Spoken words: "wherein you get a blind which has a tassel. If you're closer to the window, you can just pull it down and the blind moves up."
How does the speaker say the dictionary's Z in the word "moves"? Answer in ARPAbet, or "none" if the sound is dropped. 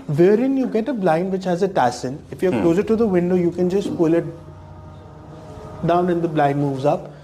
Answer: Z